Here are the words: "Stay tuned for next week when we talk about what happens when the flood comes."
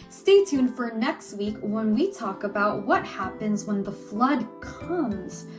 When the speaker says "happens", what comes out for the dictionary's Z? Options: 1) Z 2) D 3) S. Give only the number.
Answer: 1